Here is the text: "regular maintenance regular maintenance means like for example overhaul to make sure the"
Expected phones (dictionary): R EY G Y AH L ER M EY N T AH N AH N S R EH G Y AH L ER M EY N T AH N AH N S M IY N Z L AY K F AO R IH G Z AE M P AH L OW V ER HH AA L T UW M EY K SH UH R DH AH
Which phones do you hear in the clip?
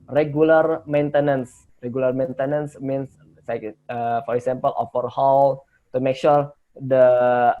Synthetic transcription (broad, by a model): R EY G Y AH L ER M EY N T AH N AH N S R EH G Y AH L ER M EY N T AH N AH N S M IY N S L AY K F AO R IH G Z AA M P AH L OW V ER HH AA L T UW M EY K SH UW R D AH